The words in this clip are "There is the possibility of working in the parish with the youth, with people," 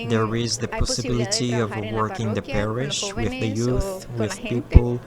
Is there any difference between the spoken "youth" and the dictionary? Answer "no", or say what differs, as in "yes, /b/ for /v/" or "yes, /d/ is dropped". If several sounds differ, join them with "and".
no